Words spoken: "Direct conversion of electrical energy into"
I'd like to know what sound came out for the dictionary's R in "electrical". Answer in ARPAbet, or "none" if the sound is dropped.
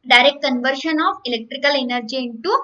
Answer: R